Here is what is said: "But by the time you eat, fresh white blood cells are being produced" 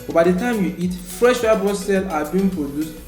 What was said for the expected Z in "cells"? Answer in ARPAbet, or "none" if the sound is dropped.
none